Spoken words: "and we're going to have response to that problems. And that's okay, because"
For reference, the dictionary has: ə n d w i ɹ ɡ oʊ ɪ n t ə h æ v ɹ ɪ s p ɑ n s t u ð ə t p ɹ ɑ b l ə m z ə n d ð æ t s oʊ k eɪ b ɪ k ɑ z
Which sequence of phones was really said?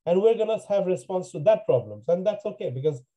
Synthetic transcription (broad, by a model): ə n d w i ɹ ɡ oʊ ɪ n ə h æ v ɹ ɪ s p ɑ n s t u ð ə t p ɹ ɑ b l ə m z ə n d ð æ t s oʊ k eɪ b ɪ k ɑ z